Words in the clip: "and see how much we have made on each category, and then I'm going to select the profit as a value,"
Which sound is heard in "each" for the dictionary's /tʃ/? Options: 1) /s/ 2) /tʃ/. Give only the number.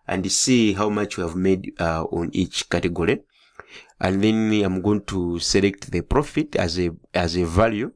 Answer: 2